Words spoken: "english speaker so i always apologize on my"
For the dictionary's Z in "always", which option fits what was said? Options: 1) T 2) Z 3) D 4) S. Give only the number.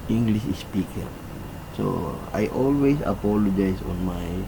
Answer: 4